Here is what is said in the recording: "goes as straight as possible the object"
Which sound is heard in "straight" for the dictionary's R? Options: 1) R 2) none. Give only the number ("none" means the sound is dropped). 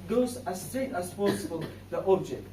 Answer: 2